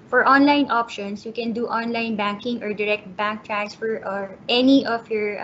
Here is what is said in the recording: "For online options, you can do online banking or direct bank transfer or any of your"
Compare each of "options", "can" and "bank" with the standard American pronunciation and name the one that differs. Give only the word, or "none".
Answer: options